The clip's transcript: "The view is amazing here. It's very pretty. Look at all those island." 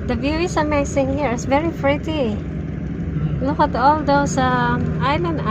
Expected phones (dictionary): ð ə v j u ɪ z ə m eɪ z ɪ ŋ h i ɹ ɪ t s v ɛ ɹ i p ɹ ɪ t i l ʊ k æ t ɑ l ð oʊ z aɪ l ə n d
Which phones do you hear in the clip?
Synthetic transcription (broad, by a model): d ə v j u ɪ s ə m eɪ s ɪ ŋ h i ɹ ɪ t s v ɛ ɹ i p ɹ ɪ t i l ʊ k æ t ɑ l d oʊ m aɪ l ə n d